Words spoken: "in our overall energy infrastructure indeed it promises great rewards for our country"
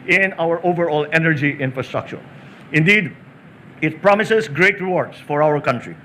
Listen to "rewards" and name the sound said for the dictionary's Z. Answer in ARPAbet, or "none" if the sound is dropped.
S